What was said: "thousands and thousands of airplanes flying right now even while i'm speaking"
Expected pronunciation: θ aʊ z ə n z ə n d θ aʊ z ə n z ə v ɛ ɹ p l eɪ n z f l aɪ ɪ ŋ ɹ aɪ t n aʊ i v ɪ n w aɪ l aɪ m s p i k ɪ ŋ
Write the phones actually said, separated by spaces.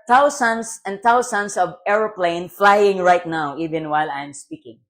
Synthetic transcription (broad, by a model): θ aʊ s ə n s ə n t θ aʊ s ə n s ə v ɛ ɹ p l eɪ n f l aɪ ɪ ŋ ɹ aɪ t n aʊ i v ɪ n w aɪ l aɪ m s p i k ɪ ŋ